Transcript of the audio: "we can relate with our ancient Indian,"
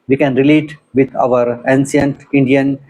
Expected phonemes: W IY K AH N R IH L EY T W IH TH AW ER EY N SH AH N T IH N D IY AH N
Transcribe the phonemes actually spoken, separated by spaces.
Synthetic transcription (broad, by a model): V IY K AH N R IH L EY T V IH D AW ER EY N S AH N T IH N D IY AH N